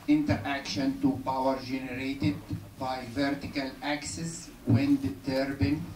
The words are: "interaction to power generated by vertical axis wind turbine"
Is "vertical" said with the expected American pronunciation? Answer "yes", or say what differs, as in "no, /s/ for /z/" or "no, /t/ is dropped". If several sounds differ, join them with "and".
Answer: yes